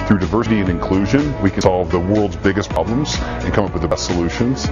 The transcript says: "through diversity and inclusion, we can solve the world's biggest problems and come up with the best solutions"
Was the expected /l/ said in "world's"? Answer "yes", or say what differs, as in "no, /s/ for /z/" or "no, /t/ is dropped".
yes